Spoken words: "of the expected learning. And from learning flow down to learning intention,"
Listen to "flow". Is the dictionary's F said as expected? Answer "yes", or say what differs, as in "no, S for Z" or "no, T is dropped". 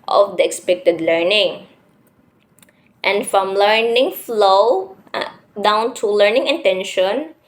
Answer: yes